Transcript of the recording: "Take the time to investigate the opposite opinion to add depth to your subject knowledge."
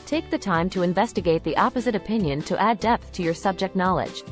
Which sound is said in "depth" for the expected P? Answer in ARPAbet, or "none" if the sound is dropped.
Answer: P